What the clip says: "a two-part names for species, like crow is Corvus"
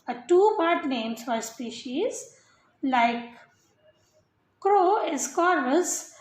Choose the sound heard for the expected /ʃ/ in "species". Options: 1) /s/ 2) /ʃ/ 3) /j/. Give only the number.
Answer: 2